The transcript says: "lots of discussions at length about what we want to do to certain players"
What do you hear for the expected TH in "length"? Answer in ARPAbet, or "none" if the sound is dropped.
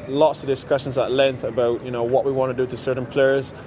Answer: TH